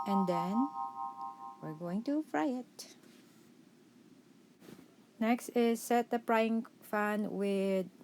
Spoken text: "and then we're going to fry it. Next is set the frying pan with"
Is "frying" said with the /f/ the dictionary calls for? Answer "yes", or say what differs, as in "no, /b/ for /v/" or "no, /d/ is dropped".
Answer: no, /p/ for /f/